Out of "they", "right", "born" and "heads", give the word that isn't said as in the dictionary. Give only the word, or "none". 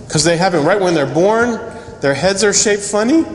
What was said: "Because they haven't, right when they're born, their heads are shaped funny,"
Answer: none